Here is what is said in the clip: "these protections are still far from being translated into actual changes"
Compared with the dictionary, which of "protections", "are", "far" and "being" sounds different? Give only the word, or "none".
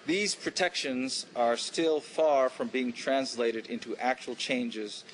none